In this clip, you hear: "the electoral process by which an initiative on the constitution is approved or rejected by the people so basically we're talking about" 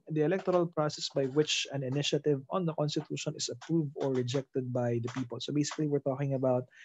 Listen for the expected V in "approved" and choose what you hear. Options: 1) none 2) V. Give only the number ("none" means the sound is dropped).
2